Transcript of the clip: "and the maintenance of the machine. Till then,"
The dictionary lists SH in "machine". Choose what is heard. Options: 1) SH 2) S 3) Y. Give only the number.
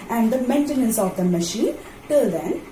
1